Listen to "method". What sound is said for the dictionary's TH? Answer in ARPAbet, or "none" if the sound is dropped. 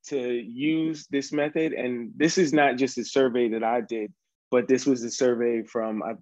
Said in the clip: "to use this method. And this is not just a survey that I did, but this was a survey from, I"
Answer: TH